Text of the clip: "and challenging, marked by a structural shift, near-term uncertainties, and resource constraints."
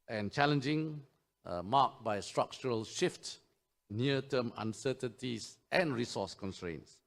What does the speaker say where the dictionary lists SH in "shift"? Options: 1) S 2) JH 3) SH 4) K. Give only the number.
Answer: 3